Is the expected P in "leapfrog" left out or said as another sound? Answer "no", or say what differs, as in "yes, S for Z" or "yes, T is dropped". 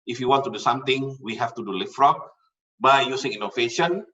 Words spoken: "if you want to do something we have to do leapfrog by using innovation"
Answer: yes, F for P